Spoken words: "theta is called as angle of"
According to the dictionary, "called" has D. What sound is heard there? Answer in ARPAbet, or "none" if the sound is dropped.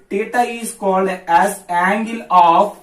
D